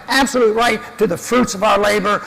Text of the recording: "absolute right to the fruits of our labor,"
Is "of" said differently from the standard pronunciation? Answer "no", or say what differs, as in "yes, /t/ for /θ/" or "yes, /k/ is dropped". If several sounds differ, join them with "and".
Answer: no